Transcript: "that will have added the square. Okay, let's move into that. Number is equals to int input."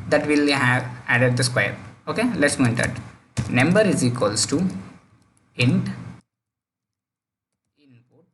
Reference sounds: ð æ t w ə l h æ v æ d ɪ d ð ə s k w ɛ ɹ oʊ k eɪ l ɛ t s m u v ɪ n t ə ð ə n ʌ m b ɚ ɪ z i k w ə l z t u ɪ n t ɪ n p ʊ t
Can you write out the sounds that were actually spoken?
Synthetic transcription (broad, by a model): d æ t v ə l h æ v æ d ɪ d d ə s k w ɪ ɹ oʊ k eɪ l ɛ t s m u ɪ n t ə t n ʌ m b ɚ ɪ z i k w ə l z t u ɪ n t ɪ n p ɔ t